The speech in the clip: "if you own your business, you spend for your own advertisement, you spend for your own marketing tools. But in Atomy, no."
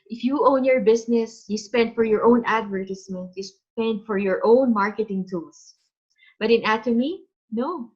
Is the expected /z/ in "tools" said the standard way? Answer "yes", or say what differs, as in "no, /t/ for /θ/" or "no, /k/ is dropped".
no, /s/ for /z/